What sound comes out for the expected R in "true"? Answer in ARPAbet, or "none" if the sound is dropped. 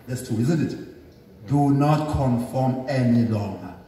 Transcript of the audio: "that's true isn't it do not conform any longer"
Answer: none